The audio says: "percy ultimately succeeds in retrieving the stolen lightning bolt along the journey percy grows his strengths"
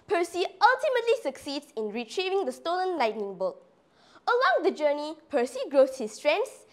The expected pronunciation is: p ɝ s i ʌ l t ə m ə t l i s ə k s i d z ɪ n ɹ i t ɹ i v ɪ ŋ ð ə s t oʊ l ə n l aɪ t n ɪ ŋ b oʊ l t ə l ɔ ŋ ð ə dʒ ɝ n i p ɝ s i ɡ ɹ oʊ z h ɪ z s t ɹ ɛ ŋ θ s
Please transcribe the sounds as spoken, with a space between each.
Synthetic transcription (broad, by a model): p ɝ s i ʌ l t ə m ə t l i s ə k s i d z ɪ n ɹ i t ɹ i v ɪ ŋ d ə s t oʊ l ə n l aɪ t n ɪ ŋ b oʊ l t ə l ɔ ŋ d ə dʒ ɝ n i p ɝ s i ɡ ɹ oʊ s h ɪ s t ɹ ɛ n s